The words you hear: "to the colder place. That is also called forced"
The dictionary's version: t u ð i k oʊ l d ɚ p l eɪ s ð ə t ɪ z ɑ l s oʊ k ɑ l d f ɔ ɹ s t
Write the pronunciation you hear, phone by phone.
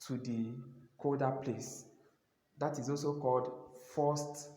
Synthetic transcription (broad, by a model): t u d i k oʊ d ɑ p l eɪ s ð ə t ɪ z ɑ l s oʊ k ɑ l d f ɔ s t